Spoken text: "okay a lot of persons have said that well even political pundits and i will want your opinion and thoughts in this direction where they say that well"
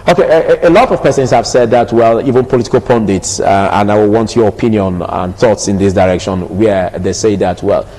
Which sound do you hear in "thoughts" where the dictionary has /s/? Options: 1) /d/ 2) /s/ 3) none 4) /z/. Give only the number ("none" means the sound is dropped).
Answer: 2